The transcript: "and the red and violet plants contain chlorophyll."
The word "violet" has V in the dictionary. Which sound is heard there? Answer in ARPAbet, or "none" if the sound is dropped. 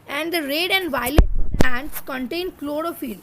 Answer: V